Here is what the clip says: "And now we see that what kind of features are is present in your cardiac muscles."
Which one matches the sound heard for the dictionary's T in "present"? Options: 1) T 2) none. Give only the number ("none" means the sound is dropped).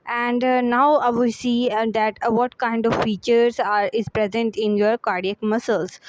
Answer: 1